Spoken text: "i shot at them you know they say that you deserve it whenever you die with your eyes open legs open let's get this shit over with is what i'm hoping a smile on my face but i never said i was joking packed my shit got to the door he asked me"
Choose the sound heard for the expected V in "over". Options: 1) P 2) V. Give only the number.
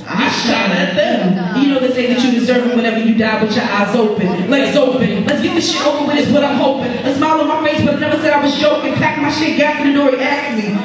1